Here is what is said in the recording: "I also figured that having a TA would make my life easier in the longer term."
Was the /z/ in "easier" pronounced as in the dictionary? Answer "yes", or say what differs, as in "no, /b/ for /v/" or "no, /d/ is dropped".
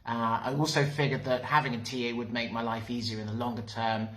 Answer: yes